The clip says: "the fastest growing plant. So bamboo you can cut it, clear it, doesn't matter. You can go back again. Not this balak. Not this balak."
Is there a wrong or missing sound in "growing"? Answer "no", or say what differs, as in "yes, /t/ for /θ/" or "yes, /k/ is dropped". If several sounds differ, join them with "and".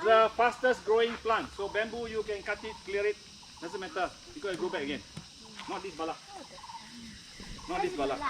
no